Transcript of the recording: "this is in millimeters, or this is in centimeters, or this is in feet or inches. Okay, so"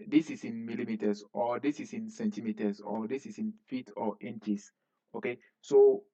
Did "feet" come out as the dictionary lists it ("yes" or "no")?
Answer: yes